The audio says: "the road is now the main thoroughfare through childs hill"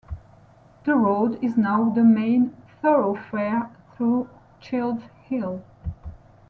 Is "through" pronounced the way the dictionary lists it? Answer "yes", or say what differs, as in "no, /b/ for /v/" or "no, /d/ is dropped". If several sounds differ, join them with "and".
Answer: yes